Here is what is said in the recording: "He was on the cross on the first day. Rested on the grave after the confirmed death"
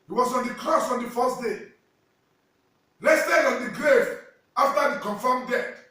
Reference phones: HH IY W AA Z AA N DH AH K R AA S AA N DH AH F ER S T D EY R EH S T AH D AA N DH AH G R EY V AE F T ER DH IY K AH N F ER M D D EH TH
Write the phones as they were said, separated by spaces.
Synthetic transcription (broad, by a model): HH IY W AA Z AA N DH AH K R AA S AA N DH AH F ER S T D EY L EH S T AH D AA N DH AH G R EY V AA F T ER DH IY K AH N F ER M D D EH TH